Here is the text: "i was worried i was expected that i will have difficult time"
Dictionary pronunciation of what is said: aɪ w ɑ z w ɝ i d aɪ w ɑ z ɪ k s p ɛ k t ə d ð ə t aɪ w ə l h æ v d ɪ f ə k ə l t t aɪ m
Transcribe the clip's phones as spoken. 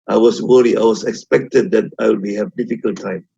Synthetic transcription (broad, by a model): aɪ w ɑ s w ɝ i aɪ w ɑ s ɪ k s p ɛ k t ə d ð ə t aɪ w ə h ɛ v d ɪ f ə k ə l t t aɪ m